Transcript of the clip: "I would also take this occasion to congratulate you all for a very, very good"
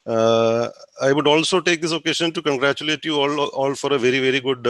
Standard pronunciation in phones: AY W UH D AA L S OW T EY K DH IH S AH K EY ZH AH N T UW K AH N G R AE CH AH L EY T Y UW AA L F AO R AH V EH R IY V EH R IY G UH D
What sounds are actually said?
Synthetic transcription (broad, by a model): AY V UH D AA L S OW T EY K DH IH S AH K EY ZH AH N T UW K AH N G R AE CH AH L EY T Y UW AA L F AO R AH V EH R IY V EH R IY G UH D